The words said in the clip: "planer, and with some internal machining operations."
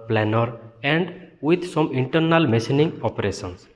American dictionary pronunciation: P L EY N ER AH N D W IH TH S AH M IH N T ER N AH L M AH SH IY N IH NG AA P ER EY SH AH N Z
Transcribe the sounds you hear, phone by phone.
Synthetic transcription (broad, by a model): P L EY N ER AH N D W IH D S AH M IH N T ER N AH L M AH S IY N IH NG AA P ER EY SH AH N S